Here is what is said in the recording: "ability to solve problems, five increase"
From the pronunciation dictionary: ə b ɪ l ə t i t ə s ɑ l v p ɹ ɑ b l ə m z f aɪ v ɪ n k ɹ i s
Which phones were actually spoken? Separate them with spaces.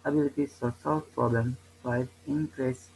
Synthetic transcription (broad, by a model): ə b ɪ l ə t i s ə s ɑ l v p ɹ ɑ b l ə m f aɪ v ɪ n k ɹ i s